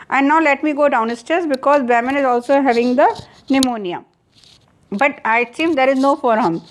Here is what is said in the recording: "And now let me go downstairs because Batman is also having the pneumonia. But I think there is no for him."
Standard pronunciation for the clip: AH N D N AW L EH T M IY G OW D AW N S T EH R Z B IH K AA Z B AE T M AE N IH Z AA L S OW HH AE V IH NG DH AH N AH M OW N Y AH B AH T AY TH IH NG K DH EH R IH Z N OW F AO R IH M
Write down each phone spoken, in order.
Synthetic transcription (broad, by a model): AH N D N AW L EH T M IY G OW D AW N S T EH R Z B IH K AA Z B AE M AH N IH Z AA L S OW HH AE V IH NG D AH N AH M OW N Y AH B AH T AY S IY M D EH R IH Z N OW F AO R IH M